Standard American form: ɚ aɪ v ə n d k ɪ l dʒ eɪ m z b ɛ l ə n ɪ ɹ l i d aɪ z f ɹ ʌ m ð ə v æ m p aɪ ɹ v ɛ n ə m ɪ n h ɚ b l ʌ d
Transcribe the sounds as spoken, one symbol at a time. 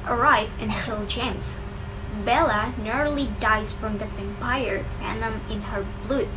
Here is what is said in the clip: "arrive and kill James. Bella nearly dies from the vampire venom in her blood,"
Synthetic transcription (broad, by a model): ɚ aɪ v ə n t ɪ l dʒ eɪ m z b ɛ l ə n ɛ ɹ l i d aɪ z f ɹ ʌ m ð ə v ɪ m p aɪ ɹ f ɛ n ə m ɪ n h ɚ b l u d